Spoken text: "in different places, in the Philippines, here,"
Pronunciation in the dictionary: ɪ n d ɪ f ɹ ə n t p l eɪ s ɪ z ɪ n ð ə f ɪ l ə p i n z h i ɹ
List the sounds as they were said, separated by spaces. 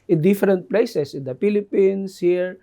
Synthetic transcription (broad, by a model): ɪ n d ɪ f ɹ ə n t p l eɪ s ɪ s ɪ n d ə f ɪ l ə p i n s h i ɹ